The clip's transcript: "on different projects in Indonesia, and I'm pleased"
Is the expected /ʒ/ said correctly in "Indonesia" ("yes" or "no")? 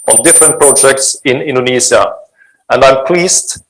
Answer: no